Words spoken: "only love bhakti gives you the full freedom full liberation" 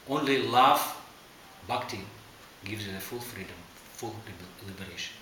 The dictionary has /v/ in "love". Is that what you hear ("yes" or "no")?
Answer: no